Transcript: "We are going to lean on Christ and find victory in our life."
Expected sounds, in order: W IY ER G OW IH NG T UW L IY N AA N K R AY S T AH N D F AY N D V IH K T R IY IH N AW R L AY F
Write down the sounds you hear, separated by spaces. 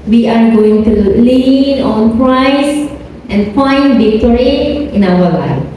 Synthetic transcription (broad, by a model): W IY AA G OW IH NG T UW L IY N AA N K R AY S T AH N F AY N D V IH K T R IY IH N AW W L AY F